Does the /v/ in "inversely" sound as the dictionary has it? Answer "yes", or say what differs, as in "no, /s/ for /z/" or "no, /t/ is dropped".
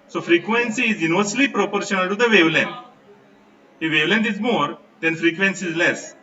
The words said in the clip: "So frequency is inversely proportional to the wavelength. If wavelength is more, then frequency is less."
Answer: no, /v/ is dropped